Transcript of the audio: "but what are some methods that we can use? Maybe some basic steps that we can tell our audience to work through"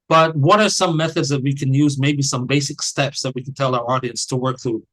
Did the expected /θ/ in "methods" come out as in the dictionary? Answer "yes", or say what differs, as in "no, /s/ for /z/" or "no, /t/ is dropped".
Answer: yes